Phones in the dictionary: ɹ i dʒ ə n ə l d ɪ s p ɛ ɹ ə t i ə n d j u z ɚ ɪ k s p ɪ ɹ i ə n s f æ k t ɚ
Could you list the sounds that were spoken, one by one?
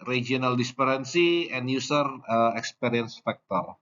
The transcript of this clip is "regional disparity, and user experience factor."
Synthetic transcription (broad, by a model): ɹ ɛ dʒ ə n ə l d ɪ s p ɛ ɹ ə s i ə n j u s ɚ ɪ k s p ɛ ɹ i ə n s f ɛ k t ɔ